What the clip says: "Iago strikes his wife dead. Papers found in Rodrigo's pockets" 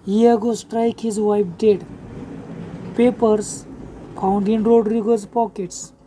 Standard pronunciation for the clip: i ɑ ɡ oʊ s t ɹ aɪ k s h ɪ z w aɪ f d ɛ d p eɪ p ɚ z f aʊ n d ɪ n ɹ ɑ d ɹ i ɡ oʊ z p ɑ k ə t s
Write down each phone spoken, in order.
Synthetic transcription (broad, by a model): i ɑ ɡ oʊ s t ɹ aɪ k h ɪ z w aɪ p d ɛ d p eɪ p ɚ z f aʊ n d ɪ n ɹ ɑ d ɹ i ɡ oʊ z p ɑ k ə t s